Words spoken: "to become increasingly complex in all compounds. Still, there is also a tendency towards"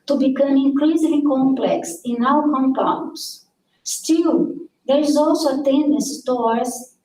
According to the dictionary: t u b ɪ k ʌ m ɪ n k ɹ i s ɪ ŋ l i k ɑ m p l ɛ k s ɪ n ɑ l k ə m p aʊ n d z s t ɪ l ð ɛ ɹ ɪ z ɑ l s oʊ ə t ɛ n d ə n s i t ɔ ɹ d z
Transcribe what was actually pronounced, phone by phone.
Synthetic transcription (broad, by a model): t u b ɪ k ʌ m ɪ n k l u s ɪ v l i k ɑ m p l ɛ k s ɪ n ɑ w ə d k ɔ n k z s t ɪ l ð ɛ ɹ ɪ z ɑ l s oʊ ə t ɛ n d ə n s t ɔ ɹ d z